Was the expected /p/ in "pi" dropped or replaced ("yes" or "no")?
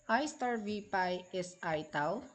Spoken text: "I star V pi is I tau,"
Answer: no